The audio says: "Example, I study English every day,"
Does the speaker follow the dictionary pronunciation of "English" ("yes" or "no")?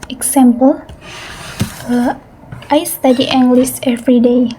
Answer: no